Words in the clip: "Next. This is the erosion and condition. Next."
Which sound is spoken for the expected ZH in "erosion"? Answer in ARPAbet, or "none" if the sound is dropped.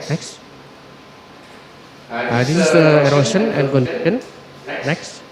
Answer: S